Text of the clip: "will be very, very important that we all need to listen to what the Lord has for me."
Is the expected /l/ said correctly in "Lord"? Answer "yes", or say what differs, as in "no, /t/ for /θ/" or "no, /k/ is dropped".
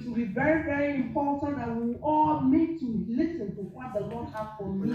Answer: no, /n/ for /l/